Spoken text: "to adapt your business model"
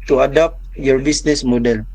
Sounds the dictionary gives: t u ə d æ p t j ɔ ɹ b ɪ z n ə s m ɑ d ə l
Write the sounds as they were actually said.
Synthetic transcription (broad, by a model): t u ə d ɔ p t j ɔ ɹ b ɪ s n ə s m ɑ d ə l